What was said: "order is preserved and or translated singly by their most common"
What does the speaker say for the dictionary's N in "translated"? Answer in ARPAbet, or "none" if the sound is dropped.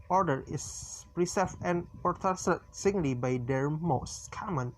none